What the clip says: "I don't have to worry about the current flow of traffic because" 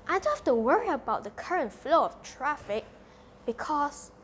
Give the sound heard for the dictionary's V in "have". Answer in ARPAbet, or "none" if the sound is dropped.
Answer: F